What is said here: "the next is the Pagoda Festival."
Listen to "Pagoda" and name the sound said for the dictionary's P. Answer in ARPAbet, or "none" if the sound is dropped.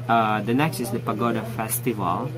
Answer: P